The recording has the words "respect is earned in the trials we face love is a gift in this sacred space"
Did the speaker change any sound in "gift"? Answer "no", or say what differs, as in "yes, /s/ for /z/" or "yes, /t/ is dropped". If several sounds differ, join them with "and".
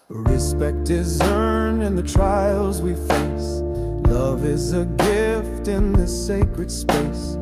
no